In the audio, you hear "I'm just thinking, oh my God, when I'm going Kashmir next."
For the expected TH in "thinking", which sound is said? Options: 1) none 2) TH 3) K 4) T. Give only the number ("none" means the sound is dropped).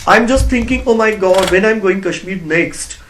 4